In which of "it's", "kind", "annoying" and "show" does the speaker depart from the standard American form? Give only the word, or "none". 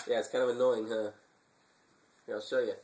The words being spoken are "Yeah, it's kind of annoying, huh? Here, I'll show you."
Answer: none